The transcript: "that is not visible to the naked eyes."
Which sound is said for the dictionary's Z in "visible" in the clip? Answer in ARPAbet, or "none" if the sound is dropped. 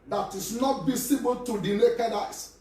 S